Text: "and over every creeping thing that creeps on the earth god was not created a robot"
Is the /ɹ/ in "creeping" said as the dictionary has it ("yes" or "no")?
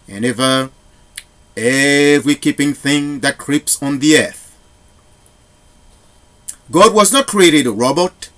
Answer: no